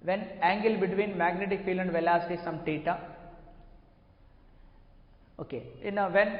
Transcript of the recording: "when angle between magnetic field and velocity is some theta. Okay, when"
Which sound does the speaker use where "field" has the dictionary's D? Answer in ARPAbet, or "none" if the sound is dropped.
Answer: none